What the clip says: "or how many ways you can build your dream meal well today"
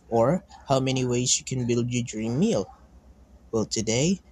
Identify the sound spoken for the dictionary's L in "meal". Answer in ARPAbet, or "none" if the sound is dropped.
L